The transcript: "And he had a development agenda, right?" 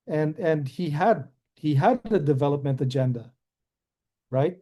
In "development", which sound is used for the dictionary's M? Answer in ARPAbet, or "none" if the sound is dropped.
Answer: M